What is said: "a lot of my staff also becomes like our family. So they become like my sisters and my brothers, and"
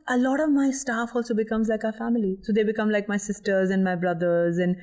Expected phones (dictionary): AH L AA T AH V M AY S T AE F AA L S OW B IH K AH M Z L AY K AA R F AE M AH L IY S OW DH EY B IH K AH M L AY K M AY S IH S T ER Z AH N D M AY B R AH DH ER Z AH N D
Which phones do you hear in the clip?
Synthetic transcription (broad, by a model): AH L AA T AH V M AY S T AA F AA L S OW B IH K AH M Z L AY K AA F AE M AH L IY S OW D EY B IH K AH M L AY K M AY S IH S T ER Z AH N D M AY B R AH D ER Z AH N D